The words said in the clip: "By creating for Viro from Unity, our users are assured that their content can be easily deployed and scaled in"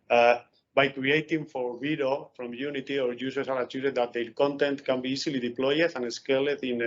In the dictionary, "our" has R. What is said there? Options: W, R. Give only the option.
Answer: R